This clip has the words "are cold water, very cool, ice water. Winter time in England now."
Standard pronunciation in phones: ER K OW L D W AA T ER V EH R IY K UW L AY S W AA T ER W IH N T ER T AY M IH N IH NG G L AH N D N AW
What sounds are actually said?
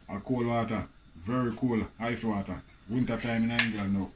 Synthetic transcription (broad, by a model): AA K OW L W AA T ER V EH R IY K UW L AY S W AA T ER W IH N T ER T AY M IH N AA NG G AH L N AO